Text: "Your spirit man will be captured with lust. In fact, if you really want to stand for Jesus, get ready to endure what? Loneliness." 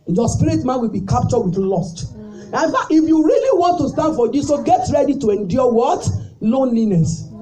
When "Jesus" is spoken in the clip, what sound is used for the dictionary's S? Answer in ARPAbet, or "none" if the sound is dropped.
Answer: none